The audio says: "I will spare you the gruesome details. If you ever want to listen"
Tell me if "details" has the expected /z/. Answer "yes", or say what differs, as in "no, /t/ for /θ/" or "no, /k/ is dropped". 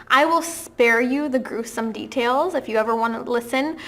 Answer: yes